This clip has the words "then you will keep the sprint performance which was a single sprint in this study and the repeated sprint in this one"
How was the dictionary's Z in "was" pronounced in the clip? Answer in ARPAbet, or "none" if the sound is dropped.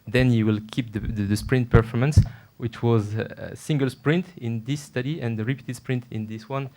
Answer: Z